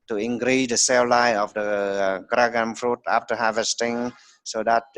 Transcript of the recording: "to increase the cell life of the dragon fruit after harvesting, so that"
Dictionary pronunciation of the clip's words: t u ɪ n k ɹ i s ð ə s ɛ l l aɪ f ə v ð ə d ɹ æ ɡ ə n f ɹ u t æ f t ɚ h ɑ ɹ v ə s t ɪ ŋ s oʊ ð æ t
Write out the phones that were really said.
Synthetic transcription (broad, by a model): t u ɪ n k ɹ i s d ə s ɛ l l aɪ ə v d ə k ɹ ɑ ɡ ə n f ɹ u t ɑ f t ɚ h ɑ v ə s t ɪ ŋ s oʊ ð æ t